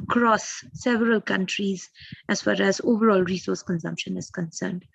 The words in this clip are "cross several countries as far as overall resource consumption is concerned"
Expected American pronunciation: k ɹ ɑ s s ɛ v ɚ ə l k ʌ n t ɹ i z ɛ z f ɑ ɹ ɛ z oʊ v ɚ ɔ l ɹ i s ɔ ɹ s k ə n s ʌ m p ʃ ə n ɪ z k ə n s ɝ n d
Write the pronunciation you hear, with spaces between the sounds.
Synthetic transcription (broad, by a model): k ɹ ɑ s s ɛ v ɚ ə l k ʌ n t ɹ i z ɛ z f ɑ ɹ ɛ z oʊ v ɚ ɔ l ɹ i s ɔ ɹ s k ə n s ʌ m p ʃ ə n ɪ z k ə n s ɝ n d